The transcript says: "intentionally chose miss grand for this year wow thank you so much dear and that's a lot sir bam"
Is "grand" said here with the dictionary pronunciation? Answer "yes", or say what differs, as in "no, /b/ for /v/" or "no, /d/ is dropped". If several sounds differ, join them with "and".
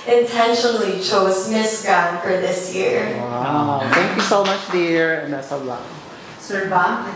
no, /ɹ/ is dropped